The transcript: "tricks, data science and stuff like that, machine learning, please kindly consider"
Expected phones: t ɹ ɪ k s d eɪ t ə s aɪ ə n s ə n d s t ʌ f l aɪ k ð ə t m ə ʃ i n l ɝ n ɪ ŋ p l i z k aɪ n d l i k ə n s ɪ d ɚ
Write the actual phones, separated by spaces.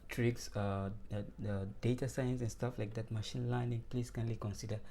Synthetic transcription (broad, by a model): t ɹ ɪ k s d eɪ t ə s aɪ ə n s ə n s t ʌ f l aɪ k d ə t m ə ʃ i n l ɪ n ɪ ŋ p l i s k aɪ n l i k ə n s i d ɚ